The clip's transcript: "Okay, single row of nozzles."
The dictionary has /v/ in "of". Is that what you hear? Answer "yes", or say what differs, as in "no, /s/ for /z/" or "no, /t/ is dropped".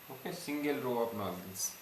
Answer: no, /p/ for /v/